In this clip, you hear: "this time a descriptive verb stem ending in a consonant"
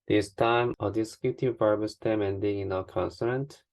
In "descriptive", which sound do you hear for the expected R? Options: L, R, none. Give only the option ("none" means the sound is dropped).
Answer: none